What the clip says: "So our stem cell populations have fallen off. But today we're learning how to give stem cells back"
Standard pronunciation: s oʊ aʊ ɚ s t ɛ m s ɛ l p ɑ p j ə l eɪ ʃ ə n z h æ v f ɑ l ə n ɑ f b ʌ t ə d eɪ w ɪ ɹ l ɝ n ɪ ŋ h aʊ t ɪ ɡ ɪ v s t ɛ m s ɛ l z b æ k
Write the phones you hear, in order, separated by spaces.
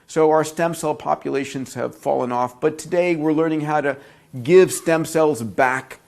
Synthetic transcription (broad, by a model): s oʊ aʊ ɚ s t ɛ m s ɛ l p ɑ p j ə l eɪ ʃ ə n z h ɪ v f ɑ l ə n ɑ f b ʌ t ə d eɪ w ɪ ɹ l ɝ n ɪ ŋ h aʊ t ɪ ɡ ɪ v s t ɛ m s ɛ l z b æ k